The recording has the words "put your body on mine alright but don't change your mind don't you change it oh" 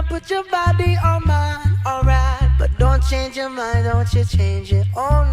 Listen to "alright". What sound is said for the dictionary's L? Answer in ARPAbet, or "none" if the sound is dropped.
L